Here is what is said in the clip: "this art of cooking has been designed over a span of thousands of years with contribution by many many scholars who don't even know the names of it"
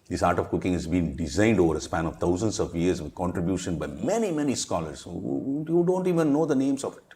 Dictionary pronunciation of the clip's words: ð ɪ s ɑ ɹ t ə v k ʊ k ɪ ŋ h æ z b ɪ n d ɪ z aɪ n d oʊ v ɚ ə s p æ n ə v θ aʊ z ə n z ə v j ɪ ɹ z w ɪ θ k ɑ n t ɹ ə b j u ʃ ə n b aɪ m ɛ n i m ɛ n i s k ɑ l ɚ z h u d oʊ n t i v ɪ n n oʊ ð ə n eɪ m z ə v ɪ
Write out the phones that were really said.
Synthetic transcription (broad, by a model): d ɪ s ɑ ɹ t ə v k ʊ k ɪ ŋ h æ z b ɪ n d ɪ z aɪ n d oʊ v ɚ ə s p æ n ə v t aʊ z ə n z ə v j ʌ ɹ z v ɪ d k ɑ n t ɹ ə b j u ʃ ə n b aɪ m ɛ n i m ɛ n i s k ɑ l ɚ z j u d oʊ n t i v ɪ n n oʊ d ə n eɪ m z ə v